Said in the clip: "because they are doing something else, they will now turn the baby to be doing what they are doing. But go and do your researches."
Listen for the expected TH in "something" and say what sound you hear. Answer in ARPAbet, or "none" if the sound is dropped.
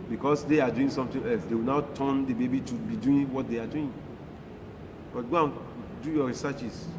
T